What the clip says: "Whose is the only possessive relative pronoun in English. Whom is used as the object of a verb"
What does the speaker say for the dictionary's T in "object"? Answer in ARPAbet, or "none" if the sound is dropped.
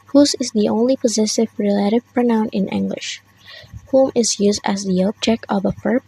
none